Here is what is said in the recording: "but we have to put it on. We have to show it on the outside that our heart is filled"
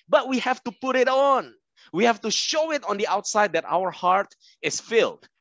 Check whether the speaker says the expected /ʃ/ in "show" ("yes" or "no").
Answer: yes